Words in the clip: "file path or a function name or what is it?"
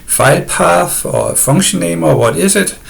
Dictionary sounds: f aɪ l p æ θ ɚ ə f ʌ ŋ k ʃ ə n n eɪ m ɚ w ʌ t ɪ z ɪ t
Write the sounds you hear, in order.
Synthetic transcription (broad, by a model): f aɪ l p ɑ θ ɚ ə f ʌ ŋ ʃ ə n n eɪ m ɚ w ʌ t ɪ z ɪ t